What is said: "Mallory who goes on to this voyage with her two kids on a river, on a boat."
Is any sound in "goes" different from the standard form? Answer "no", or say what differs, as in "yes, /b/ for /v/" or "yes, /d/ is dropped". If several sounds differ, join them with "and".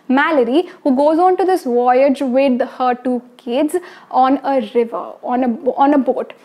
no